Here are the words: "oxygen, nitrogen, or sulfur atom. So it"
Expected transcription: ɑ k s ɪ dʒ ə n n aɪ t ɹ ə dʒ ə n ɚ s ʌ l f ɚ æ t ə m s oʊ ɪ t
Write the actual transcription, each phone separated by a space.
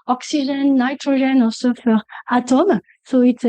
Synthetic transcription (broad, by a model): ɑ k s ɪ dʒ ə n n aɪ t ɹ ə ʒ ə n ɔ s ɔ f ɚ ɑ t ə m s oʊ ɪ t